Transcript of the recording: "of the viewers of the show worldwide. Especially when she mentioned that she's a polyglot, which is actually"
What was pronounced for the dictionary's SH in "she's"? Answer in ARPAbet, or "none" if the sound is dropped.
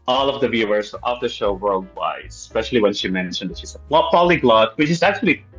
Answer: S